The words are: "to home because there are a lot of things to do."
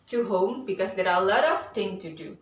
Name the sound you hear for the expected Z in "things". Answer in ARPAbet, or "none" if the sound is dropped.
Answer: none